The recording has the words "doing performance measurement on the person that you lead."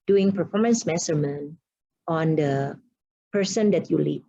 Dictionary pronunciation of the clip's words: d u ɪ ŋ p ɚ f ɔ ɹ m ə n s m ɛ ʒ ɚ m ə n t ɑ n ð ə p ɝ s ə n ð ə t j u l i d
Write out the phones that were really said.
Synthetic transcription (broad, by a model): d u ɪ ŋ p ɚ f ɔ ɹ m ə n s m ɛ s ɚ m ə n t ɑ n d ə p ɝ s ə n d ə t j u l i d